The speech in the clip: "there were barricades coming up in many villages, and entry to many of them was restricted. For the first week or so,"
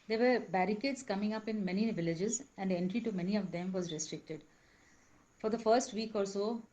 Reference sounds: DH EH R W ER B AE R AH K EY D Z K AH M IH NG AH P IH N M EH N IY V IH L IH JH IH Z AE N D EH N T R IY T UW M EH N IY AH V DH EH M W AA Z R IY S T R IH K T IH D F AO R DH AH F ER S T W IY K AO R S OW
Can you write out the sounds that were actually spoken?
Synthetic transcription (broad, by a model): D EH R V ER B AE R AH K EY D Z K AH M IH NG AH P IH N M EH N IY V IH L IH JH IH Z AE N D EH N T R IY T UW M EH N IY AH V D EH M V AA Z R IY S T R IH K T IH D F AO R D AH F ER S T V IY K AO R S OW